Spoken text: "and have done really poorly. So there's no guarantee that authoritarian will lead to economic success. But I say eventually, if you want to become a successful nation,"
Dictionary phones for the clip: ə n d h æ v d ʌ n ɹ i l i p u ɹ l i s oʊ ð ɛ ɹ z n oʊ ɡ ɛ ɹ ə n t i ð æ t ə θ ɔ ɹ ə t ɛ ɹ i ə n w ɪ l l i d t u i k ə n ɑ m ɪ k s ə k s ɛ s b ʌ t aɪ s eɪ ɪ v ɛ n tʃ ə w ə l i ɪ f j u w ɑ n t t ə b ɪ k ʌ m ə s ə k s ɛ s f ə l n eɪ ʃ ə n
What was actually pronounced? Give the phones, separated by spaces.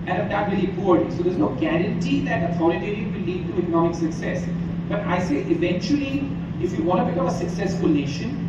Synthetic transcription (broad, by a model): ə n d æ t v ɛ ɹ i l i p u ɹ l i s oʊ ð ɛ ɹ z n oʊ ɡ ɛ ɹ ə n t i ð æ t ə t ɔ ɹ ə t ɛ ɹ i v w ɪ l l i d t u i k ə n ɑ m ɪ k s ə k s ɛ s b ʌ t aɪ s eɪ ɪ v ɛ n tʃ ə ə l i ɪ f j u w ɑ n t t ə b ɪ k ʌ ə s ə k s ɛ s f ə l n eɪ ʃ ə n